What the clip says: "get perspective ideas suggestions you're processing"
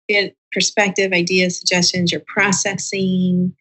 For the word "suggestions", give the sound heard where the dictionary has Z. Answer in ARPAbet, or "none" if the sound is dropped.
Z